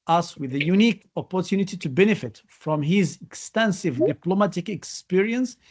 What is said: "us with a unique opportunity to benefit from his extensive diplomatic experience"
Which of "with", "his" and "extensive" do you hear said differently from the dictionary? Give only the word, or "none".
none